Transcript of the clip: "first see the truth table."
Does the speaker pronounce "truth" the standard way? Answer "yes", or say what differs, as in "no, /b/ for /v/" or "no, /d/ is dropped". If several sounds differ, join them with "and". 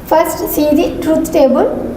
no, /t/ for /θ/